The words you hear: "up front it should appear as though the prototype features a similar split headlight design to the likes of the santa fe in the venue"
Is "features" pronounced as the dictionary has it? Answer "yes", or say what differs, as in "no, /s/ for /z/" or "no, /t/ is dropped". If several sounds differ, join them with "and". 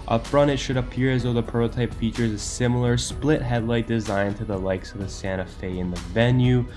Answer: yes